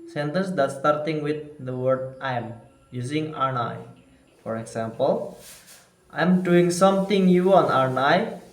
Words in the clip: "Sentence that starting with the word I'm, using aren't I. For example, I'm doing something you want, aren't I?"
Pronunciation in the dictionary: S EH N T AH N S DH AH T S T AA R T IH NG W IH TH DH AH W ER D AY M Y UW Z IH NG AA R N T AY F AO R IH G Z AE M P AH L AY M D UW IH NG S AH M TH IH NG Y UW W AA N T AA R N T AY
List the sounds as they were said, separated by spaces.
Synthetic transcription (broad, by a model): S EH N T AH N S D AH T S T AA R T IH NG W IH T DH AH W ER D AY M Y UW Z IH NG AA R N AY F AO R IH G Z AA M P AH L AY M D UW IH NG S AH M T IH NG Y UW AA N AA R N AY